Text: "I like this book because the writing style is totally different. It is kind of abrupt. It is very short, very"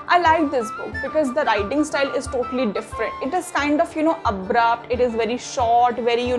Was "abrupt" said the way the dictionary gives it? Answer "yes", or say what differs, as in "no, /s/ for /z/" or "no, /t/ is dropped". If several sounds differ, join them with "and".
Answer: yes